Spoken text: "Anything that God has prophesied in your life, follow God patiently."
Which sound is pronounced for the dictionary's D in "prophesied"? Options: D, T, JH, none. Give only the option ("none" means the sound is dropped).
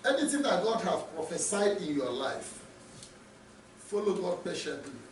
D